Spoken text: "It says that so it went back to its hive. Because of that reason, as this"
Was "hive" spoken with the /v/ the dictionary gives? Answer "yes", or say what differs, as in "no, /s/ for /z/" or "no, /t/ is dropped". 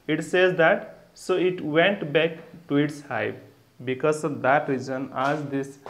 no, /p/ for /v/